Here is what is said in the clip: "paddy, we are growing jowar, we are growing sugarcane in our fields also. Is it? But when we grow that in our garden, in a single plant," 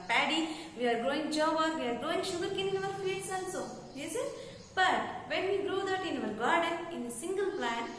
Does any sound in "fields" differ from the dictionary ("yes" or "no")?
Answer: yes